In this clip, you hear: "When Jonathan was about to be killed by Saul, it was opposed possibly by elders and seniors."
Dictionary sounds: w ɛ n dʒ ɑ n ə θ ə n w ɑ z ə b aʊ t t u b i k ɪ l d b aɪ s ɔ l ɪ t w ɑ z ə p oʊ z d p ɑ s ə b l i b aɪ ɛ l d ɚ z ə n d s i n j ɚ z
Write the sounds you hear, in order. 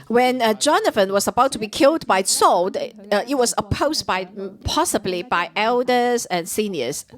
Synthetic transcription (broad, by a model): w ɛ n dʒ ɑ n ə f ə n w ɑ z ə b aʊ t t u b i k ɪ l d b aɪ s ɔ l ɪ t w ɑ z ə p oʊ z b p ɑ s ə b l i b aɪ ɛ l d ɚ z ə n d s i n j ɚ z